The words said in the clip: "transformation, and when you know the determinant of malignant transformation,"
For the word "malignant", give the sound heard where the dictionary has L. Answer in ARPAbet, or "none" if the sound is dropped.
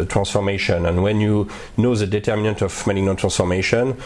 N